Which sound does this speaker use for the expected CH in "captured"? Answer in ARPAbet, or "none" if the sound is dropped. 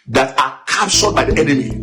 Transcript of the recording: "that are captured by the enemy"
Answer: S